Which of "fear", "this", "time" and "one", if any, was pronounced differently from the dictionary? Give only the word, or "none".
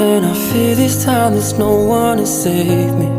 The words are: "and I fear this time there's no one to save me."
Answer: fear